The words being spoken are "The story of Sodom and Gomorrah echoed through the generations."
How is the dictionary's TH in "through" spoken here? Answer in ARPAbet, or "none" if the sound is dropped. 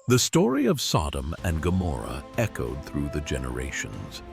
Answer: TH